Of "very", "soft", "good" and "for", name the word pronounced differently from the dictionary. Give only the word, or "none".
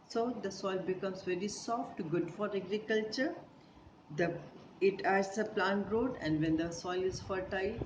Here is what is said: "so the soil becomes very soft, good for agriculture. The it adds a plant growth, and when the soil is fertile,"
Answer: none